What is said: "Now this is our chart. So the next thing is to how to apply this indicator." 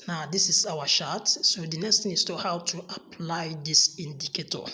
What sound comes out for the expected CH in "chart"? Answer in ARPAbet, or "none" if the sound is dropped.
SH